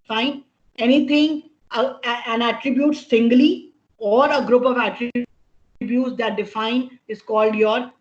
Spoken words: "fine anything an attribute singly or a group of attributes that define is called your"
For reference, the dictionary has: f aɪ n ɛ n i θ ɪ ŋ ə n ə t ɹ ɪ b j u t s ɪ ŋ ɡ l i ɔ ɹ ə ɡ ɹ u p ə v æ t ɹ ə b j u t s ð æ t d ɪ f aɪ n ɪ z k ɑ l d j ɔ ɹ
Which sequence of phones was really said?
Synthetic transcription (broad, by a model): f aɪ n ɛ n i t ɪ ŋ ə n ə t ɹ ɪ b j u t s ɪ ŋ ɡ l i ɔ ɹ ə ɡ ɹ u p ə v æ t ɹ ə b j u t s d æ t d ɪ f aɪ n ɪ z k ɑ l d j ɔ ɹ